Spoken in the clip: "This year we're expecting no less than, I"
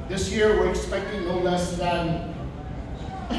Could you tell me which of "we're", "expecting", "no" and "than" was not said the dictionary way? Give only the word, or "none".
no